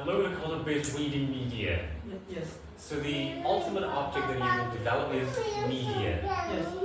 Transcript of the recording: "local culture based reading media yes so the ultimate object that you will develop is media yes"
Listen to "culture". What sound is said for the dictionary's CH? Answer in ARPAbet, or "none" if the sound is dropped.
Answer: none